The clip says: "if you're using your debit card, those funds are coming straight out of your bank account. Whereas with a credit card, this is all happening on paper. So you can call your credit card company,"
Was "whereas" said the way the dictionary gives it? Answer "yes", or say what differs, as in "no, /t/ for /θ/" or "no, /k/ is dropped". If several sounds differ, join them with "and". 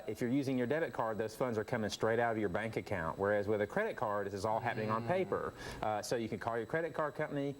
yes